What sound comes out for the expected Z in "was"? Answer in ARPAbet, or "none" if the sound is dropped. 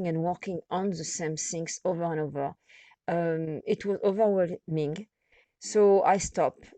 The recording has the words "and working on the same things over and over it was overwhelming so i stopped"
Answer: Z